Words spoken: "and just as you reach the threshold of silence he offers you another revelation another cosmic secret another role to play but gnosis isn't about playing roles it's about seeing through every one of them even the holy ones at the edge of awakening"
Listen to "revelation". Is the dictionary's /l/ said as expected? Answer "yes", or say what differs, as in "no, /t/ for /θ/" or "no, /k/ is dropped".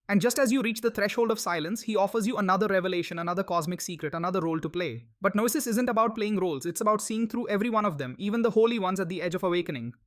yes